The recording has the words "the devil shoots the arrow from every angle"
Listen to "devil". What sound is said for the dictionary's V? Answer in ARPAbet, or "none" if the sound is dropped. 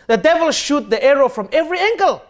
V